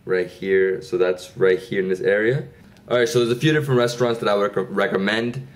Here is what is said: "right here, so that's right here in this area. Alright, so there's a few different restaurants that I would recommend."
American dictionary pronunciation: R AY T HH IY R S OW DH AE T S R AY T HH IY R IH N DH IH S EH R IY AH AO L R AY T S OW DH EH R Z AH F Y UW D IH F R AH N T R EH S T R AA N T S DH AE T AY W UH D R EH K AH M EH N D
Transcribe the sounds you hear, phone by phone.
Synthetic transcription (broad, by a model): R AY T HH IY R S OW DH AE T S R AY T HH IY R IH N DH IH S EH R IY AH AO R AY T S OW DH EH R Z AH F Y UW D IH F R AH N T R EH S T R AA N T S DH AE T AY W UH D R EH K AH M EH N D